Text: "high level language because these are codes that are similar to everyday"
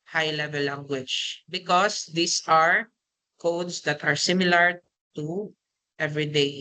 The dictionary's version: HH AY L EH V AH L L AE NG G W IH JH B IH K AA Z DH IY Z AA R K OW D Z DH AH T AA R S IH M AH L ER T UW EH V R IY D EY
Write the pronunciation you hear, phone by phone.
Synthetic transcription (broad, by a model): HH AY L EH V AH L L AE NG G W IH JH B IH K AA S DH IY S AA R K OW D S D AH T AA R S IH M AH L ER T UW EH V R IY D EY